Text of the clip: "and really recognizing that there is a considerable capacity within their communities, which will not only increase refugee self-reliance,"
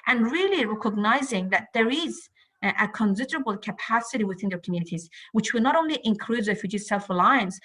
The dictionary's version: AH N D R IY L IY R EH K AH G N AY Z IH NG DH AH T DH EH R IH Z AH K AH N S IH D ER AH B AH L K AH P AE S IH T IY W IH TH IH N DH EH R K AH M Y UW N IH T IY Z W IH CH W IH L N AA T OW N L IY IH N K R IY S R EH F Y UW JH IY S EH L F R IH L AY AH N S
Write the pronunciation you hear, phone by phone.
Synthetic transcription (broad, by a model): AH N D R IY L IY R EH K AH G N AY Z IH NG DH AH T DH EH R IH Z AH K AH N S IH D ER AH B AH L K AH P AE S IH T IY W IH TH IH N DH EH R K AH M Y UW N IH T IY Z W IH CH W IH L N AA T OW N L IY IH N K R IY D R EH F Y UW JH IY S EH L F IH L AY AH N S